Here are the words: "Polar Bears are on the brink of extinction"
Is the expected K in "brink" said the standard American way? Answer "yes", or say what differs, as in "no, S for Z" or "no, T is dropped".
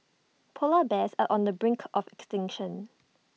yes